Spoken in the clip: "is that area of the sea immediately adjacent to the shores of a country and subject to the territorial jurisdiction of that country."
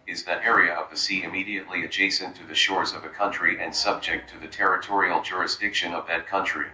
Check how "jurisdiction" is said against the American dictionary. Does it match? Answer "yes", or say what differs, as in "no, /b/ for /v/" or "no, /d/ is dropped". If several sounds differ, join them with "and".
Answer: yes